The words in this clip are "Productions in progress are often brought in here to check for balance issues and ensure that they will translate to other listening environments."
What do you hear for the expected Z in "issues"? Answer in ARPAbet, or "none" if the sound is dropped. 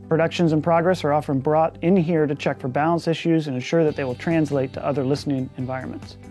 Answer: Z